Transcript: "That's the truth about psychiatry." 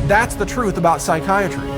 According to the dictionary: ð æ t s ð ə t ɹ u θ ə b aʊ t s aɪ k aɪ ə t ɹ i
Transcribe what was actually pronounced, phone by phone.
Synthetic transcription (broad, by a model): ð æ t s ð ə t ɹ u θ ə b aʊ t s aɪ k aɪ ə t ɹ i